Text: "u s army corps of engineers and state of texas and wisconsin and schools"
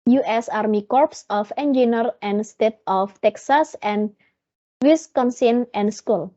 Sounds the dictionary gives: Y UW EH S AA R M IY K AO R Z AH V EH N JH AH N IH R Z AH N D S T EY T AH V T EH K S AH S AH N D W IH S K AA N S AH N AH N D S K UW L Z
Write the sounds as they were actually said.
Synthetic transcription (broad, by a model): Y UW EH S AA R M IY K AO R S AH F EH N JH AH N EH R AH N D S T EY T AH F T EH K S AH S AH N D W IH S K AA N S AH N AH N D S K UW L